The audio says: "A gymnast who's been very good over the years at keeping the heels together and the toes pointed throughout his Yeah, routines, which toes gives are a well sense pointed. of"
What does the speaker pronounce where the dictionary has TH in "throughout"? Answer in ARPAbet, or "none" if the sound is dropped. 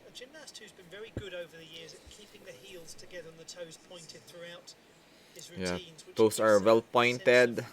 TH